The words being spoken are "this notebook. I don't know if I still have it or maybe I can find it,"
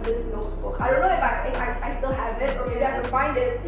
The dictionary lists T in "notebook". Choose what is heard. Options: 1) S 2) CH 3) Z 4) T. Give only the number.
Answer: 1